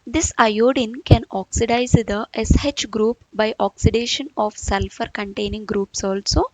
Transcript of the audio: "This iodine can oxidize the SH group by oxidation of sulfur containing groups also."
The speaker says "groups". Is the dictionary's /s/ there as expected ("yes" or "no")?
yes